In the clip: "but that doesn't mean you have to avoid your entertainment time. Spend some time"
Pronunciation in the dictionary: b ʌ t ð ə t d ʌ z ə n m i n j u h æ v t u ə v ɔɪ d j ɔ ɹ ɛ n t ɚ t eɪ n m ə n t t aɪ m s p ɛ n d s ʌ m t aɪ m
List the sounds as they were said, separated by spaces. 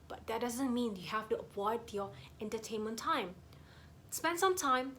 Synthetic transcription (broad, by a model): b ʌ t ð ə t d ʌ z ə n m i n j u h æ f t u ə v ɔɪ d j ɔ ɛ n t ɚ t eɪ n m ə n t t aɪ m s p ɛ n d s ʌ m t aɪ m